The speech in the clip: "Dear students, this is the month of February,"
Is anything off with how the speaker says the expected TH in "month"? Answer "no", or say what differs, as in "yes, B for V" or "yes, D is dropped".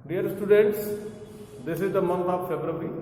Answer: yes, T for TH